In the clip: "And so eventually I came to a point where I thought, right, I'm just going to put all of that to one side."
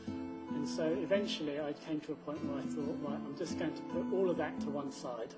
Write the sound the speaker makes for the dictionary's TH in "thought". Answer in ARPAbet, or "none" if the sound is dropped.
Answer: TH